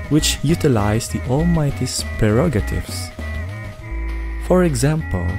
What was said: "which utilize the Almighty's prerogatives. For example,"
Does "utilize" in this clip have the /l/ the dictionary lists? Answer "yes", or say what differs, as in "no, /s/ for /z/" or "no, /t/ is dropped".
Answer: yes